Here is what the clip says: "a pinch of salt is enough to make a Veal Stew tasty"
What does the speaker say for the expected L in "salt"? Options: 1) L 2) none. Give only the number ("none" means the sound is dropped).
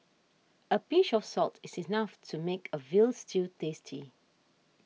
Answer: 1